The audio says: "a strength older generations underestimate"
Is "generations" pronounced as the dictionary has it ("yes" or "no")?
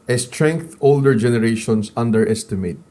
no